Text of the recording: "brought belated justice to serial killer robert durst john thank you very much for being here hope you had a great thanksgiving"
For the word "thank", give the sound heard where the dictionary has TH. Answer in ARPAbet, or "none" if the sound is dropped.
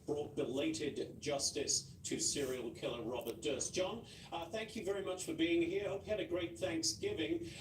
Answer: TH